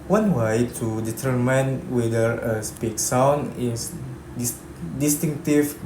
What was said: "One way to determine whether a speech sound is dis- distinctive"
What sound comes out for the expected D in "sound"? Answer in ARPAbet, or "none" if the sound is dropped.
none